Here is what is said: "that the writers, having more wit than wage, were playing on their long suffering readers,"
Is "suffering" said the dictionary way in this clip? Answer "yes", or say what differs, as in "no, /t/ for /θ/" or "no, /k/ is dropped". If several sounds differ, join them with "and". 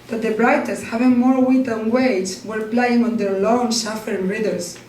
no, /ʃ/ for /s/